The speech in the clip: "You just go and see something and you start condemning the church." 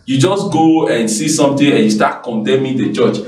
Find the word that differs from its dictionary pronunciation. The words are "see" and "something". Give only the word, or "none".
something